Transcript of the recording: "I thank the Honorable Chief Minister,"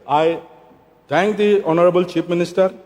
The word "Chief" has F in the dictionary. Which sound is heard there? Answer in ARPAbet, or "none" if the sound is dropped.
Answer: P